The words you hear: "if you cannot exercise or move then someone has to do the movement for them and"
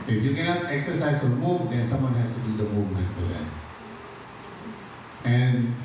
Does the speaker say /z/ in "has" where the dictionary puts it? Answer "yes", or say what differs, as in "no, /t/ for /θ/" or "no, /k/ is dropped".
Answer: no, /s/ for /z/